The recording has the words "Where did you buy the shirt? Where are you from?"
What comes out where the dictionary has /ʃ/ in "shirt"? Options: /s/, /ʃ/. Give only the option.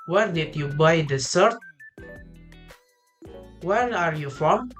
/s/